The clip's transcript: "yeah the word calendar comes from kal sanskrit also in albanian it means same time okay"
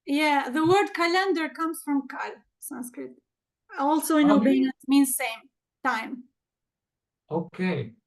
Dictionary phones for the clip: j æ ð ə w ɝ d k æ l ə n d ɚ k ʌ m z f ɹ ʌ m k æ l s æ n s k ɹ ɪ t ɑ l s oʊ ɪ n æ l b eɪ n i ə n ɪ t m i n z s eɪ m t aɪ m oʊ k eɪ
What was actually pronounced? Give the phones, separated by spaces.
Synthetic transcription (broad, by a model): j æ ð ə w ɝ d k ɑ l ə n d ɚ k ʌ m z f ɹ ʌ m k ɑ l s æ n s k ɹ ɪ t ɑ l s oʊ ɪ n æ b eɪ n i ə n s m i n z s eɪ m t aɪ m oʊ k eɪ